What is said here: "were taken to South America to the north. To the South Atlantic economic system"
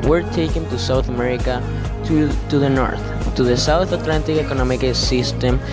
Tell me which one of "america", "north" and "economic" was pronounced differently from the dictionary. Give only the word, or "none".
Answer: none